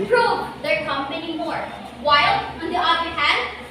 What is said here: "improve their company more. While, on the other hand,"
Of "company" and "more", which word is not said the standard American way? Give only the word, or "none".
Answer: company